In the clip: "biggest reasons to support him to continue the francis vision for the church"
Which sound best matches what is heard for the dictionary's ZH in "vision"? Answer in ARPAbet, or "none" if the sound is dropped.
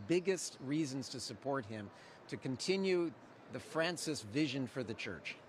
ZH